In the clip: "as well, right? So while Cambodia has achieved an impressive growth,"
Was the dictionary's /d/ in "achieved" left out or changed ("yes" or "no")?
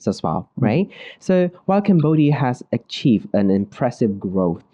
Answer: no